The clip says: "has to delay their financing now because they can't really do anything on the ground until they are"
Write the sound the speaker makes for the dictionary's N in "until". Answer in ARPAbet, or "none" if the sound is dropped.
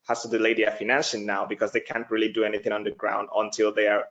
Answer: N